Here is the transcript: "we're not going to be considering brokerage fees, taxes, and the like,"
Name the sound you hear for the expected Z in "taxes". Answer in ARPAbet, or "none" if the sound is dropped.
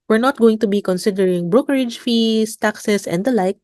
S